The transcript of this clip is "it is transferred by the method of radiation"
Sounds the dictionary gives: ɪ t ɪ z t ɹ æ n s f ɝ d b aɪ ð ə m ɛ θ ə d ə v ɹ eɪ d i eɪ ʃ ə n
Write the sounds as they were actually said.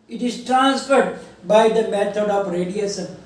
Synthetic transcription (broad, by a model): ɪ t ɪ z t ɹ æ n s f ɝ d b aɪ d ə m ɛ t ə d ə p ɹ eɪ d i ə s